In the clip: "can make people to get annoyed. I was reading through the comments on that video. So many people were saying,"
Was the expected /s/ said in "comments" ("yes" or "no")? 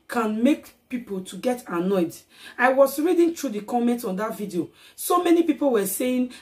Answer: no